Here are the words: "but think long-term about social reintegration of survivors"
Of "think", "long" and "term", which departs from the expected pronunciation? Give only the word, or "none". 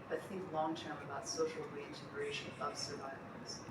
none